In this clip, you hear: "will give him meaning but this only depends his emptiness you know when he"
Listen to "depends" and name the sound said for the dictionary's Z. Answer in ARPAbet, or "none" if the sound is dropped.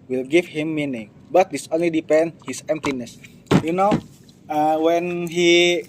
none